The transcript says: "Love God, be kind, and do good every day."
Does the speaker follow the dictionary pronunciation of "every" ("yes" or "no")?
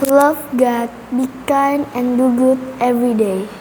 yes